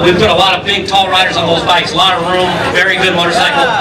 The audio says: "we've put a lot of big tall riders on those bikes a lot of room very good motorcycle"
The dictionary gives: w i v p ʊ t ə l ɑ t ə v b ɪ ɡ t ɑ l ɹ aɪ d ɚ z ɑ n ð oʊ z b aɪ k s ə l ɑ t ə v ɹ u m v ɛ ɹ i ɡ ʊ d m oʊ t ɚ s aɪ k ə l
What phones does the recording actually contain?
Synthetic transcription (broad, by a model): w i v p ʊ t ə l ɑ t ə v b ɪ ɡ t ɑ l ɹ aɪ d ɚ z n ð oʊ z b aɪ k s l ɑ t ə ɹ u m v ɛ ɹ i ɡ ʊ d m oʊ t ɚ s aɪ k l